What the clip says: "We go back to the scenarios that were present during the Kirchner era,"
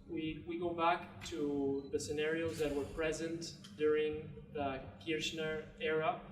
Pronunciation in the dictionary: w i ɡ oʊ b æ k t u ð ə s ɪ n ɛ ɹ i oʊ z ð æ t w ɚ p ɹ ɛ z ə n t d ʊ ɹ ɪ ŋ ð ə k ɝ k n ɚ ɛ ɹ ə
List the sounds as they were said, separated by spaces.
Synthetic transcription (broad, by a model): w i ɡ oʊ b æ k t u ð ə s ɪ n ɛ ɹ i oʊ z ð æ t w ɚ p ɹ ɛ z ə n t d ʊ ɹ ɪ ŋ ð ə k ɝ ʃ n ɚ ɛ ɹ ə